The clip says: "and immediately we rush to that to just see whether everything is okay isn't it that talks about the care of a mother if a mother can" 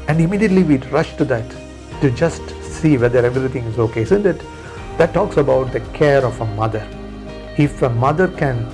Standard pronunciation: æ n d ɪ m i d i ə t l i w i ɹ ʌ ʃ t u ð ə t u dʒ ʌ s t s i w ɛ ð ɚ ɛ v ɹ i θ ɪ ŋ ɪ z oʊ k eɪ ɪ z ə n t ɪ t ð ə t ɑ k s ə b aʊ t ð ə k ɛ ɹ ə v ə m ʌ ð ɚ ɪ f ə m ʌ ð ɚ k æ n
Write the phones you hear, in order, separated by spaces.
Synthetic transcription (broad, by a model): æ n d ɪ m i d i ə t l i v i ɹ ʌ ʃ t u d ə t u dʒ ʌ s t s i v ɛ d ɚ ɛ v ɹ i t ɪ ŋ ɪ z oʊ k eɪ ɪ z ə n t ɪ t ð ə t ɑ k s ə b aʊ t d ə k ɛ ɹ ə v ə m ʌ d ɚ ɪ f ə m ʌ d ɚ k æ n